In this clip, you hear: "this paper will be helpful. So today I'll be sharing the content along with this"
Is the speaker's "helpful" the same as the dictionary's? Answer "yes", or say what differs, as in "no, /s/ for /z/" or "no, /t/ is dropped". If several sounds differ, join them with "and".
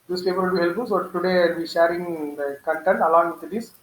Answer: no, /f/ is dropped